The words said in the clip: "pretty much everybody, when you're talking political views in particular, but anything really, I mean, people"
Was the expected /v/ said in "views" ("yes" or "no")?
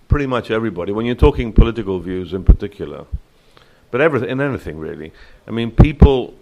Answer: yes